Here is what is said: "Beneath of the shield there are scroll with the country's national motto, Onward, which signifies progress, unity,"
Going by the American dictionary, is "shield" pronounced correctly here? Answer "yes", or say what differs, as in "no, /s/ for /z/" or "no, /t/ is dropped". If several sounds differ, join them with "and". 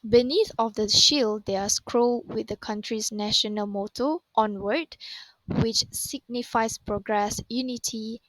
yes